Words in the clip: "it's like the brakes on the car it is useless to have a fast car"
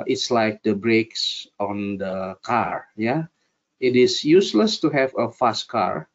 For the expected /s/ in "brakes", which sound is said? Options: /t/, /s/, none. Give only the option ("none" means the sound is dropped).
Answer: /s/